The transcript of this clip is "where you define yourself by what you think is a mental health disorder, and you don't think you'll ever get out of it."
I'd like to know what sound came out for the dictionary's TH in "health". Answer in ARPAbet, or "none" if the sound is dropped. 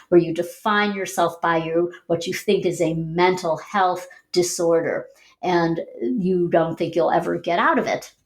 TH